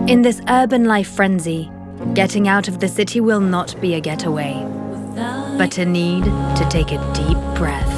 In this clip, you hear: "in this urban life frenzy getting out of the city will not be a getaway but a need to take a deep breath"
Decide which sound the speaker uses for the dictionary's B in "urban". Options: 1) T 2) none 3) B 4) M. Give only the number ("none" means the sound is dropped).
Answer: 3